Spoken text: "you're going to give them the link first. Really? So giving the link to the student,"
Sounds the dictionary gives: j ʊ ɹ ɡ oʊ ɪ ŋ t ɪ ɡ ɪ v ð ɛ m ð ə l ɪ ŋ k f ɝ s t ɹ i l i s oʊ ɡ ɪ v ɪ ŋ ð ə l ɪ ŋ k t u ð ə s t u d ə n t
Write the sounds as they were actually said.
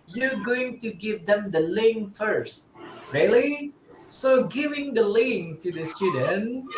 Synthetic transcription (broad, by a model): j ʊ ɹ ɡ oʊ ɪ ŋ t ɪ ɡ ɪ v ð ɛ m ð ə l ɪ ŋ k f ɝ s t ɹ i l i s oʊ ɡ ɪ v ɪ ŋ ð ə l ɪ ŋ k t u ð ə s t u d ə n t